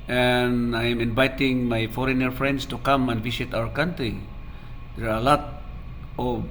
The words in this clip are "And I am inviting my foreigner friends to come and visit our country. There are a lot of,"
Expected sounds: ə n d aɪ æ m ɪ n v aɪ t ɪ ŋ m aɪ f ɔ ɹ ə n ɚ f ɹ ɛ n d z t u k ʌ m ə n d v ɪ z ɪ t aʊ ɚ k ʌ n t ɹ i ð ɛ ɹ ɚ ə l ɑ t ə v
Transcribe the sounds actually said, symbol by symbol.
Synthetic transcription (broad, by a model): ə n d aɪ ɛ m ɪ n v aɪ t ɪ ŋ m aɪ f ɔ ɹ ə n ɚ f ɹ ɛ n d s t u k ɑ m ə n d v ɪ s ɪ t aʊ ɚ k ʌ n t ɹ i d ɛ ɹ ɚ ə l ɑ t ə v